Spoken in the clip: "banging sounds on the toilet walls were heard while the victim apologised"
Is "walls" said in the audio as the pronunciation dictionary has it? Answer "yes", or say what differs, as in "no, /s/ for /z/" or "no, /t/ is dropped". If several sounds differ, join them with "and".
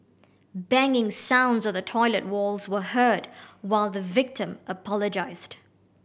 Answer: yes